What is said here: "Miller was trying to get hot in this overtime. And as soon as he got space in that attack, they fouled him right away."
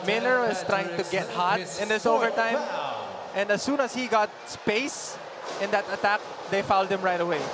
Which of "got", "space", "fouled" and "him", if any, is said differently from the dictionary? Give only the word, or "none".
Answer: none